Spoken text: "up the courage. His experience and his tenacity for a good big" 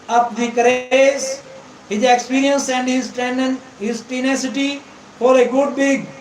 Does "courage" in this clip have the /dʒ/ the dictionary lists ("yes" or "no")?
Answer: no